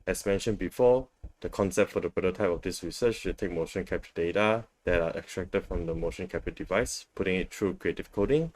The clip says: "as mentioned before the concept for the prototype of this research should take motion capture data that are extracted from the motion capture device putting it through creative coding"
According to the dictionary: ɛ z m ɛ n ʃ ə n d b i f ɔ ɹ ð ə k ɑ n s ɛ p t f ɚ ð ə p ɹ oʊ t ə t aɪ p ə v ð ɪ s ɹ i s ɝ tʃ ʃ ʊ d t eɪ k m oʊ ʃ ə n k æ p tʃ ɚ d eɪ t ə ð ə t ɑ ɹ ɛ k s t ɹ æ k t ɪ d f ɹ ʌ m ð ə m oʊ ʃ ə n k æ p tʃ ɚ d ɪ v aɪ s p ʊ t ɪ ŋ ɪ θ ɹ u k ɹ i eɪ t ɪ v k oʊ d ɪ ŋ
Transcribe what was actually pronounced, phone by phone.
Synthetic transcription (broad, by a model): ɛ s m ɛ n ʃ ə n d b i f ɔ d ə k ɑ n s ɛ p t f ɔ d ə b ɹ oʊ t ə t aɪ p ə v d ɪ s ɹ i s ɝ tʃ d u t eɪ k m oʊ ʃ ə n k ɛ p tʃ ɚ d eɪ t ə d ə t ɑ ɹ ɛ k s t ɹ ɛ k t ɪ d f ɹ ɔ m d ə m oʊ ʃ ə n k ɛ p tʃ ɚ d ɪ v aɪ s p ʊ t ɪ ŋ ɪ t ɹ u k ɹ i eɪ t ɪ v k oʊ d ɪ ŋ